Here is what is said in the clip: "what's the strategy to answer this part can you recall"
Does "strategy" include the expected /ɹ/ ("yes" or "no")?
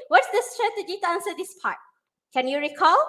yes